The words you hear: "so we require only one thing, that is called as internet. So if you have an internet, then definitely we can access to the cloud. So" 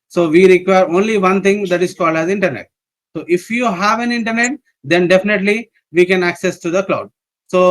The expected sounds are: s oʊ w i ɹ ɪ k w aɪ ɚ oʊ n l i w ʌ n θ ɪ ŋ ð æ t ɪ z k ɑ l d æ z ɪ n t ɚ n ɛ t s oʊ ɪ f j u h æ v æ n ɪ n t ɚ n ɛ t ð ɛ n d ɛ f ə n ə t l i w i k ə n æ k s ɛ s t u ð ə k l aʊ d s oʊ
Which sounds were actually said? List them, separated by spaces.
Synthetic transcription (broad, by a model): s oʊ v i ɹ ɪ k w aɪ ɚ oʊ n l i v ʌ n t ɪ ŋ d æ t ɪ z k ɑ l d æ z ɪ n t ɚ n ɛ t s oʊ ɪ f j u h æ v æ n ɪ n t ɚ n ɛ t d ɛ n d ɛ f ə n ə t l i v i k ə n æ k s ɛ s t u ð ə k l aʊ d s oʊ